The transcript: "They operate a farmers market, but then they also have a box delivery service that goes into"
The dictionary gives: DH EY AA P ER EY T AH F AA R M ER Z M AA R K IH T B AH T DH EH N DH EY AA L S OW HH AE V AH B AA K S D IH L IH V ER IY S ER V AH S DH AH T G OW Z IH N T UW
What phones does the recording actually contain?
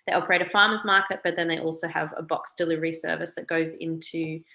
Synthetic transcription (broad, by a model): DH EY AA P ER EY T AH F AA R M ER Z M AA R K IH T B AH T DH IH N DH EY AA L S OW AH V AH B AA K S D IH L IH V ER IY S ER V AH S DH AH T G OW Z IH N T UW